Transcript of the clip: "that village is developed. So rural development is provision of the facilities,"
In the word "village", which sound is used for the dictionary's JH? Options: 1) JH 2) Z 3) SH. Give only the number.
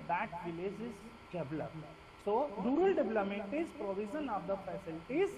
1